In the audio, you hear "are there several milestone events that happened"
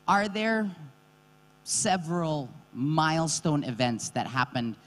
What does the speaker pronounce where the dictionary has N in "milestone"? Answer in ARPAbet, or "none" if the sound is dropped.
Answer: N